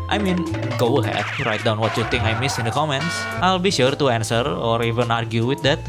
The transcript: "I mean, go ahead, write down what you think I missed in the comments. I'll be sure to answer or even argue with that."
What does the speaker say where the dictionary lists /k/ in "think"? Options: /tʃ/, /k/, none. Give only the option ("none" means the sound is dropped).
none